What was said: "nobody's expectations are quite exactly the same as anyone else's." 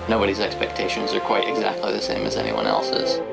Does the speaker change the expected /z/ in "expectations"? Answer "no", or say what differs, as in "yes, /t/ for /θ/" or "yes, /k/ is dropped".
no